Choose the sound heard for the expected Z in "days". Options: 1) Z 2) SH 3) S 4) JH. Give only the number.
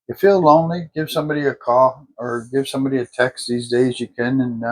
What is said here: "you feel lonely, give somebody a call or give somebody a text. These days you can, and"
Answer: 1